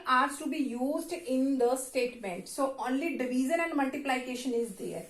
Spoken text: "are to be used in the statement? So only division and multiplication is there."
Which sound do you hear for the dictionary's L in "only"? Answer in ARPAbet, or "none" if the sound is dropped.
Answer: L